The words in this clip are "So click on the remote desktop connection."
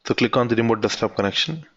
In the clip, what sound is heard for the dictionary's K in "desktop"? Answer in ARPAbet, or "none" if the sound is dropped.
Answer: none